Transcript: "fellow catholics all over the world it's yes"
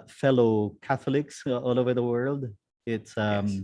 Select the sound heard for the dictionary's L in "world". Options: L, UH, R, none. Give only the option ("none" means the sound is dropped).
L